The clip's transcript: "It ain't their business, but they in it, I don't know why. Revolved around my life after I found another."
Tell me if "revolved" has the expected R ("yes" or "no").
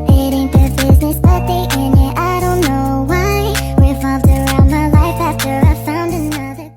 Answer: no